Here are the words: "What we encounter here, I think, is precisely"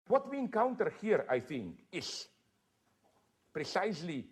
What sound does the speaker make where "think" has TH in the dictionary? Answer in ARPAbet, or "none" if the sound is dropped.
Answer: TH